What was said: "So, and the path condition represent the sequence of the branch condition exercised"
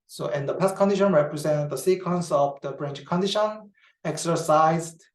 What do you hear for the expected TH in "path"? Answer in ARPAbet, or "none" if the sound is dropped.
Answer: S